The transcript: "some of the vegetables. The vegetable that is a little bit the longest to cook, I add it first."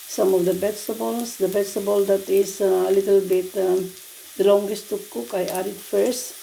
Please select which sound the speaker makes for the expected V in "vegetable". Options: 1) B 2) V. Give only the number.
1